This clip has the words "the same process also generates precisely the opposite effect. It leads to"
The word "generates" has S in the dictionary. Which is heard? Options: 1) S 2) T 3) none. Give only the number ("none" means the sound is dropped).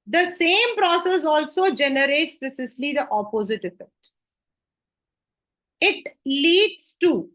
1